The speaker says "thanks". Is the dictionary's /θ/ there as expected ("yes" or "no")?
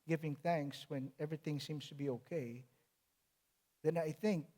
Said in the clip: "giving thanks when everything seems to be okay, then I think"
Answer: yes